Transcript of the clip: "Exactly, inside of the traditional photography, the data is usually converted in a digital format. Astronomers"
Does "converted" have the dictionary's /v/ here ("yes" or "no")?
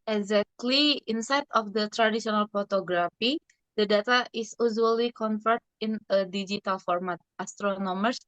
no